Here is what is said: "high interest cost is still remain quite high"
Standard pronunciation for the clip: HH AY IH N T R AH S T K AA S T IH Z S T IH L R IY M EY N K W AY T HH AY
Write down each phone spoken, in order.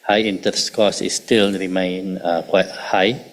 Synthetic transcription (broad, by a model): HH AY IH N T AH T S K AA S IH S T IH L R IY M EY N K W AY T HH AY